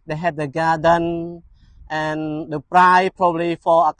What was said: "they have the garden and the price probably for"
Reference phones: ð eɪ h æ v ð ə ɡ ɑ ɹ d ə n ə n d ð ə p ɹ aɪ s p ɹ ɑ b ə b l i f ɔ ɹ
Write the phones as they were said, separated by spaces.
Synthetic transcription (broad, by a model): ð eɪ h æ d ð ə ɡ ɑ d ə n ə n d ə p ɹ aɪ p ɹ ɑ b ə l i f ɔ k